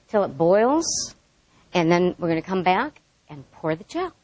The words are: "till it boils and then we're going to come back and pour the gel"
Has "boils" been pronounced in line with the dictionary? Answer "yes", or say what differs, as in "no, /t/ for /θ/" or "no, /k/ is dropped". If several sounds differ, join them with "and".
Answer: yes